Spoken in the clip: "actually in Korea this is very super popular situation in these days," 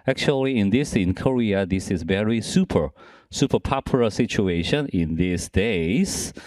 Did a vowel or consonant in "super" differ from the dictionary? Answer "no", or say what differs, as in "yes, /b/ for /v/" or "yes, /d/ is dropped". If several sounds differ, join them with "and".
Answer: no